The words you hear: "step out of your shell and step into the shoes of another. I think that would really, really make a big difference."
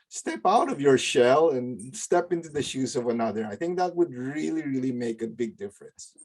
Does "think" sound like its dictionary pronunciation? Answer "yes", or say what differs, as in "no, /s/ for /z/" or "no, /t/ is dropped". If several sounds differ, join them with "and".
yes